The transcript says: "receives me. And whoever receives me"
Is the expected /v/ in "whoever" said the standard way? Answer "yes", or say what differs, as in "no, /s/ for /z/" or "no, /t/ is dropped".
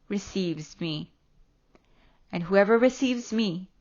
yes